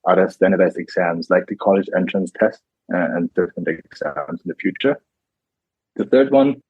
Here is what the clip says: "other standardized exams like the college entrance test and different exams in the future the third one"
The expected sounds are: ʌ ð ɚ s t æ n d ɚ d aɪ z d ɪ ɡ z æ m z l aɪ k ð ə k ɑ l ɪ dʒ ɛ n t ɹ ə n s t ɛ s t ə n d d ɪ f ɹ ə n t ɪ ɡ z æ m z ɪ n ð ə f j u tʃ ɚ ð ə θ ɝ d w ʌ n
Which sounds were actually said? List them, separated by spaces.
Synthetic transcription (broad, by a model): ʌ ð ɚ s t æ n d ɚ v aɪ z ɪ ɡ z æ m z l aɪ k ð ə k ɑ l ɪ dʒ ɛ n t ɹ ə n s t ɛ s t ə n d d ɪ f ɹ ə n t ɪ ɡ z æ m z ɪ n ð ə f j u tʃ ɚ ð ə θ ɝ d w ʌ n